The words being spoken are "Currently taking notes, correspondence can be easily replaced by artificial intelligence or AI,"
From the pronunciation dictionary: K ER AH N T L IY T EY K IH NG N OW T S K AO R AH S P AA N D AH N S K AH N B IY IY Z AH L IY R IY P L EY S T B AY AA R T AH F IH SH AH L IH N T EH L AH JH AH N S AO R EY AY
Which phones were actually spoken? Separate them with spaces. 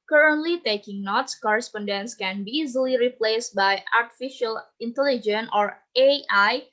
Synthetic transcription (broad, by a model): K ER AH N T L IY T EY K IH NG N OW T S K AO R AH S P AA N D AH N S K AH N B IY IY Z AH L IY R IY P L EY S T B AY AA R T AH F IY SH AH L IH N T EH L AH JH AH N AO R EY AY